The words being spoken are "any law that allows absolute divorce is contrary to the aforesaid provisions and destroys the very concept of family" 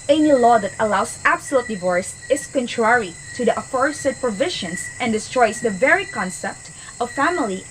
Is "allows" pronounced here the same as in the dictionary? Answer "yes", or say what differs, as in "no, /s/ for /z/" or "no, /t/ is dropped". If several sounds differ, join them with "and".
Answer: no, /s/ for /z/